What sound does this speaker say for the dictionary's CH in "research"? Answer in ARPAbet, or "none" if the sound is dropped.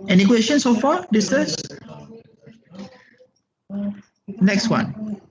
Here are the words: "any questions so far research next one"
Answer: S